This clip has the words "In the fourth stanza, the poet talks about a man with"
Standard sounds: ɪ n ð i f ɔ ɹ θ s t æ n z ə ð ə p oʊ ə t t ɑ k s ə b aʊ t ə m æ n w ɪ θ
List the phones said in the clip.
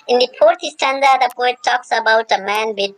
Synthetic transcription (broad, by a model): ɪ n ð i p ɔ ɹ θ s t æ n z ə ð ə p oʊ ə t t ɑ k s ə b aʊ t ə m æ n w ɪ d